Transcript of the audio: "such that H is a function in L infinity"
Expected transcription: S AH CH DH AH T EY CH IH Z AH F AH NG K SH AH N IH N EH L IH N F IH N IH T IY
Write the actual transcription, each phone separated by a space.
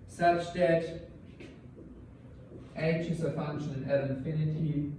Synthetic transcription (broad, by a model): S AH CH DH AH T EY SH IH S AH F AH NG K SH AH N IH N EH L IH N F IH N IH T IY